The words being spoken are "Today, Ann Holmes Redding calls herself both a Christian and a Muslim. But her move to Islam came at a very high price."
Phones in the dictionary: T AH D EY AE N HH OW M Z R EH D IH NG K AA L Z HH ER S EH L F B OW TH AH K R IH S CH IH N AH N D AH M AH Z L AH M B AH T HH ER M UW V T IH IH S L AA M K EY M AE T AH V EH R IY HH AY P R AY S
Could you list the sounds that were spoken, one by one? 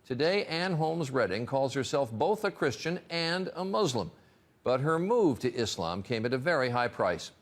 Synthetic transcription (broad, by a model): T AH D EY AE N HH OW M Z R EH D IH NG K AA L Z HH ER S EH L F B OW TH AH K R IH S CH IH N AH N D AH M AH Z L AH M B AH T HH ER M UW V T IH IH S L AA M K EY M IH T AH V EH R IY HH AY P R AY S